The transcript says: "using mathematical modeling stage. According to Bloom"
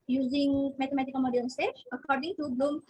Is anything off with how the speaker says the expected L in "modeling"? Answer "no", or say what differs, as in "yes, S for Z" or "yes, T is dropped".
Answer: yes, L is dropped